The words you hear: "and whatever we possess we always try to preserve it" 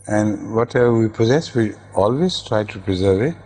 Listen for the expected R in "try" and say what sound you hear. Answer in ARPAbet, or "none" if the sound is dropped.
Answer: R